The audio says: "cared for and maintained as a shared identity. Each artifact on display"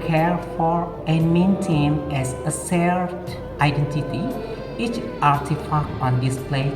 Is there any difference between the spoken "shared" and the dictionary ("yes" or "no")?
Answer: yes